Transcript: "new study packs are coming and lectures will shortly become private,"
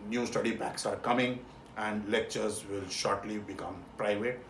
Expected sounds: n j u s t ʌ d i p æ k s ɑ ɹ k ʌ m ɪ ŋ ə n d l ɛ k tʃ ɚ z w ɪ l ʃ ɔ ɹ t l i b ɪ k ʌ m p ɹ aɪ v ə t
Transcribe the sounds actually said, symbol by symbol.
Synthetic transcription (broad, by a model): n j u s t ʌ d i b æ k s ɑ ɹ k ʌ m ɪ ŋ ə n d l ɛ k tʃ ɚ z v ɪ l ʃ ɔ ɹ t l i b ɪ k ʌ m p ɹ aɪ v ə t